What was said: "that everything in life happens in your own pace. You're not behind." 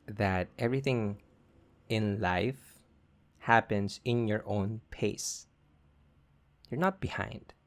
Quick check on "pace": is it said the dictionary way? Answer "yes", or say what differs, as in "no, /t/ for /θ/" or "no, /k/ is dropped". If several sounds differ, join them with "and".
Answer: yes